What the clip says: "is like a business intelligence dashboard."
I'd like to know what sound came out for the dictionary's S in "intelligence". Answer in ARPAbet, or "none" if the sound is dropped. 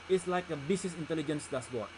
S